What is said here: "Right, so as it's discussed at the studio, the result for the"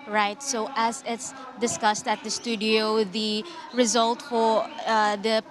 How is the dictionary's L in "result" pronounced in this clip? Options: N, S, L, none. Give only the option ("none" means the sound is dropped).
L